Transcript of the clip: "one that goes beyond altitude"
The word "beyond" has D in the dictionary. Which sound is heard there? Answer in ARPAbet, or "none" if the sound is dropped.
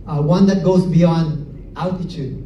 D